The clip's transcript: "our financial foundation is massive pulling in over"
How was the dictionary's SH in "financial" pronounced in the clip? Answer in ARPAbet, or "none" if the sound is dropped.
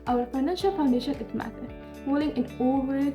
SH